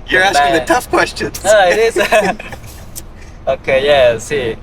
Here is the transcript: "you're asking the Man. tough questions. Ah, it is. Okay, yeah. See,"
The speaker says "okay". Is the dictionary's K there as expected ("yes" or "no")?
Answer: yes